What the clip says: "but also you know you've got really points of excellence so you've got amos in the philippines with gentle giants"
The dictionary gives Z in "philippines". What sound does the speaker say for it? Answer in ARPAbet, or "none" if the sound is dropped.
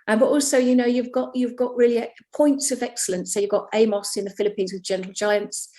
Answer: Z